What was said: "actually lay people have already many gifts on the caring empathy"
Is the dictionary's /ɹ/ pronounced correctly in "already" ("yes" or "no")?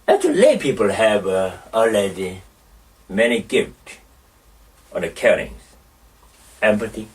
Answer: no